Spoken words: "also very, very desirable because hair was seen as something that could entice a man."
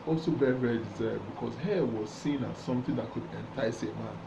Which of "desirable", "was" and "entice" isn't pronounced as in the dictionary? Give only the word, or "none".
desirable